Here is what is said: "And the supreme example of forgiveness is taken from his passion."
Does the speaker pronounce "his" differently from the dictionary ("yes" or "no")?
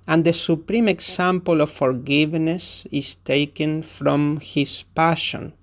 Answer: yes